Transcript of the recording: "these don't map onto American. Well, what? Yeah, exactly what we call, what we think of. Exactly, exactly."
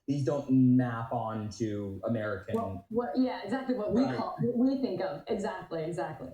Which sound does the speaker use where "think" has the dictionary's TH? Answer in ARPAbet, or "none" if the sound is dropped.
TH